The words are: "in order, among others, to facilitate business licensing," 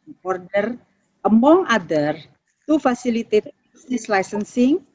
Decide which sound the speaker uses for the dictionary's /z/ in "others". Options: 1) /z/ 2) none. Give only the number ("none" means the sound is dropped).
2